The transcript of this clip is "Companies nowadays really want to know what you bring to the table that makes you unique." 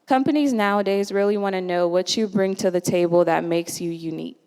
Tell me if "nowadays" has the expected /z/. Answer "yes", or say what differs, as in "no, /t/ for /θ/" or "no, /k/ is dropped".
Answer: yes